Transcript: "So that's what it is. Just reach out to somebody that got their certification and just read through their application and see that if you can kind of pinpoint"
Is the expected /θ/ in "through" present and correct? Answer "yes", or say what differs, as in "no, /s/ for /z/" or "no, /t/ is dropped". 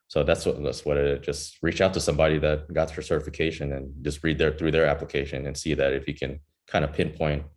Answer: yes